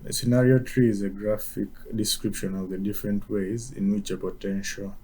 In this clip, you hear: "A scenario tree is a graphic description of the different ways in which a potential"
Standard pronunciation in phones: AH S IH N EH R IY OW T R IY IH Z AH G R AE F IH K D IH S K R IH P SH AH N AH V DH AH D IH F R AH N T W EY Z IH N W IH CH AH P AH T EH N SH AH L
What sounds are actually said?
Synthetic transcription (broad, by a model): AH S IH N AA R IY OW T R IY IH Z AH G R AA F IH K D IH S K R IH P SH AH N AH V DH AH D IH F R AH N T W EY Z IH N W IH CH AH P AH T EH N SH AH L